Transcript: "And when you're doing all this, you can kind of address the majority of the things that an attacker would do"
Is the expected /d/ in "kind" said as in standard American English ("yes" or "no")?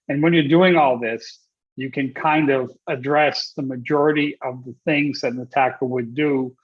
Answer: yes